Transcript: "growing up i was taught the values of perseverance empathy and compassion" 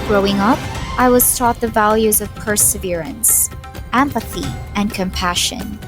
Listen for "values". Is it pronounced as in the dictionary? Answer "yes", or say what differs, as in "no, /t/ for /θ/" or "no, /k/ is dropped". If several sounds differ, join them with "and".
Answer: yes